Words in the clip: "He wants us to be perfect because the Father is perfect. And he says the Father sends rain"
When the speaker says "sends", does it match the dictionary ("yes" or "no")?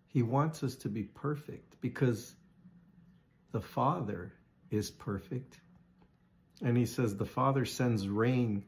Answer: yes